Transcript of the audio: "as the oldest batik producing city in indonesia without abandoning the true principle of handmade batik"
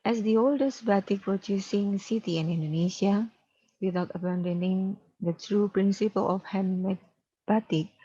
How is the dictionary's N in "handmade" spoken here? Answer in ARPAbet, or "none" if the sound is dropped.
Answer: none